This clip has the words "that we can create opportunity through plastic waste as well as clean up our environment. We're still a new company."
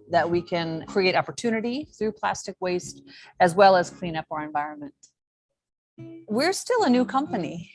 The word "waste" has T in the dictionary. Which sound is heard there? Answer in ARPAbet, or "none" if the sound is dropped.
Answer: T